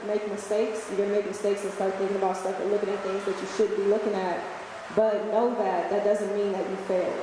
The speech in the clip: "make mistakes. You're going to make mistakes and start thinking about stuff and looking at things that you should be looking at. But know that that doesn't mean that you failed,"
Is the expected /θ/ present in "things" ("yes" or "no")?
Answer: yes